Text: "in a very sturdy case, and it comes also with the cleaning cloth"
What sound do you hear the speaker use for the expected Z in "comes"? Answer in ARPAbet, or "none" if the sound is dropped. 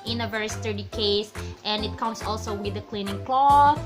S